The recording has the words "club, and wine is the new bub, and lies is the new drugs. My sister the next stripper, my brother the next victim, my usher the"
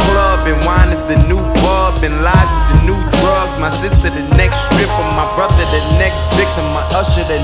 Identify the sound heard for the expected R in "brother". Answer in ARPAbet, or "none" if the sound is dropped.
R